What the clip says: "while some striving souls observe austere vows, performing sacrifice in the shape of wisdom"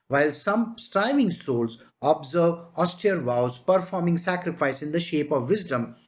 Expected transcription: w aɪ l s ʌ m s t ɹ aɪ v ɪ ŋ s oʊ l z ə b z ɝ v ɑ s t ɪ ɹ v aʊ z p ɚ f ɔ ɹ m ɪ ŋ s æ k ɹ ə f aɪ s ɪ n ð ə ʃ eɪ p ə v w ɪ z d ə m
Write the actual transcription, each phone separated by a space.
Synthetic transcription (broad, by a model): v aɪ l s ʌ m s t ɹ aɪ v ɪ ŋ s oʊ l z ə b z ɝ v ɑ s t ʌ ɹ v aʊ z p ɚ f ɔ ɹ m ɪ ŋ s æ k ɹ ə f aɪ s ɪ n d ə ʃ eɪ p ə v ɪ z d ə m